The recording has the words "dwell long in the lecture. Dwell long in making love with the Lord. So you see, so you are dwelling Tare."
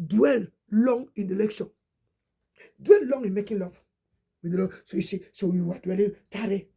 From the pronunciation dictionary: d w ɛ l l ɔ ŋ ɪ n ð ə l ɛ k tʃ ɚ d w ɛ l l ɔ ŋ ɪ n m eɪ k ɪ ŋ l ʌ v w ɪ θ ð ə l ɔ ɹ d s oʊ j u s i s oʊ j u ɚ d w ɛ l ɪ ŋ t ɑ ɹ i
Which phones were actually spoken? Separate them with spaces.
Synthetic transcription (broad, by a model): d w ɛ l l ɔ ŋ ɪ n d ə l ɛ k ʃ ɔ d w ɛ l l ɔ ŋ ɪ n m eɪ k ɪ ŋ l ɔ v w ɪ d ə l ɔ s oʊ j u s i s oʊ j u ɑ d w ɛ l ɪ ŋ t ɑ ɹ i